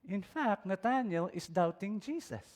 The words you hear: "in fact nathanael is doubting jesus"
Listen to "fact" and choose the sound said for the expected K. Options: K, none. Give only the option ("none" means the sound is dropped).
K